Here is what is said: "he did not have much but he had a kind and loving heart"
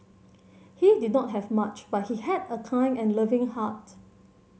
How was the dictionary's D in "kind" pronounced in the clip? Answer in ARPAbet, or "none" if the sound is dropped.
none